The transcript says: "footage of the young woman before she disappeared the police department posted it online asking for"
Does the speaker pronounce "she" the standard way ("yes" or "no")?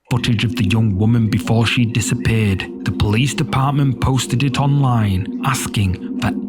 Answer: yes